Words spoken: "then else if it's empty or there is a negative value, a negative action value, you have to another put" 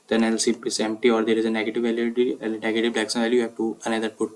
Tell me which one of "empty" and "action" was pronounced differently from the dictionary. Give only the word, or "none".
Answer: action